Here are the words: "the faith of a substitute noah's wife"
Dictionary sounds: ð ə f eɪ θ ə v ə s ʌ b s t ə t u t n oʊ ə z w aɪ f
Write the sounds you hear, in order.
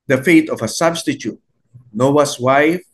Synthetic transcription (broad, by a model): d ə f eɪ t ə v ə s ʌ b s t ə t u t n oʊ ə s w aɪ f